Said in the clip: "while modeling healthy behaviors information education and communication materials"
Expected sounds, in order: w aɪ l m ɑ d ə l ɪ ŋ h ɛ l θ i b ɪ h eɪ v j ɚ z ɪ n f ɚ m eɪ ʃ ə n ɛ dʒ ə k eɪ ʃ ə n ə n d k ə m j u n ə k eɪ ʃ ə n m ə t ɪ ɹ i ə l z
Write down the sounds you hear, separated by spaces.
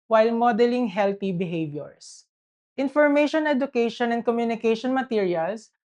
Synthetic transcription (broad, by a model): w aɪ l m ɑ d ə l ɪ ŋ h ɛ l t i b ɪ h eɪ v j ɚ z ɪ n f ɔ m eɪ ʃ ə n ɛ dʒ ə k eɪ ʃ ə n ə n d k ə m j u n ə k eɪ ʃ ə n m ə t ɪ ɹ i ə l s